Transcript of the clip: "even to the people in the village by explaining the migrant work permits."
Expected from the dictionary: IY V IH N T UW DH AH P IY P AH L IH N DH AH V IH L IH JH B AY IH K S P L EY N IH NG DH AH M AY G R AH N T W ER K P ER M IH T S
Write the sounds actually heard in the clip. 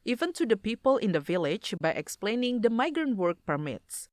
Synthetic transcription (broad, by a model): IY V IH N T UW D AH P IY P AH L IH N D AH V IH L IH JH B AY IH K S P L EY N IH NG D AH M AY G R AH N T W ER K P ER M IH T S